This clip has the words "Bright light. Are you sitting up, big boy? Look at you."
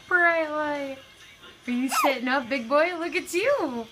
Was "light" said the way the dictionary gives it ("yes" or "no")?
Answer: no